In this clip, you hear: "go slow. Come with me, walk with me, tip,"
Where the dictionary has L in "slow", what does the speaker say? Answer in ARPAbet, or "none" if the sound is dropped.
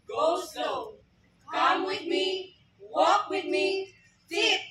none